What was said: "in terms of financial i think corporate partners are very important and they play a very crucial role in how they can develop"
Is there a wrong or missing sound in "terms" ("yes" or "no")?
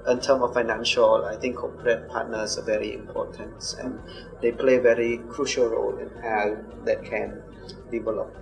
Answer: yes